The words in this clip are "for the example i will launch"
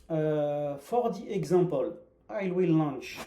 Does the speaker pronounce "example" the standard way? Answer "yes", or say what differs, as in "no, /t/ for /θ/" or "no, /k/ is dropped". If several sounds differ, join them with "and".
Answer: no, /m/ is dropped